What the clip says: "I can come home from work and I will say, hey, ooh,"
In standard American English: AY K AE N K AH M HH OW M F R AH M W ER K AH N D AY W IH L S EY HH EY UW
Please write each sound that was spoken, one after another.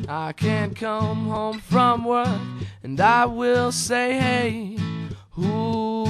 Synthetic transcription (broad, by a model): AY K AE N K AH M HH OW M F R AH M W ER AH N AY W IH L S EY HH EY UW